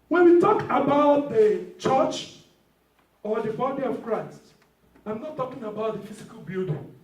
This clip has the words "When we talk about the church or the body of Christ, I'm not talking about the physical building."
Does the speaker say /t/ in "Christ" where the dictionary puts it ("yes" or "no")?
yes